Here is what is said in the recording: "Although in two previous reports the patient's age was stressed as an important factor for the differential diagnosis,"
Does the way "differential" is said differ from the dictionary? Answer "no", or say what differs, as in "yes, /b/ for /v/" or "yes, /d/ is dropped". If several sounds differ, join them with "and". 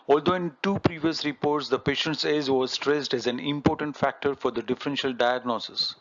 no